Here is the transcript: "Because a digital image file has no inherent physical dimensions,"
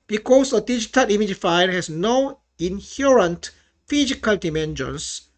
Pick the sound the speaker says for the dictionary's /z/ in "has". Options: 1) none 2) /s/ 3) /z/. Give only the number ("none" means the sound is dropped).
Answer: 2